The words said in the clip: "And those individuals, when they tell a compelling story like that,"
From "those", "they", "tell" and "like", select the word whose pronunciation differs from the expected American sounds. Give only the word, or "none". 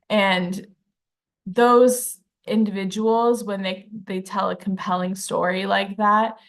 none